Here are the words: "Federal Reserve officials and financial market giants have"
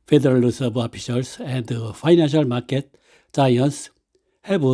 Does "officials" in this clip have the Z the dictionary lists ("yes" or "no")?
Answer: no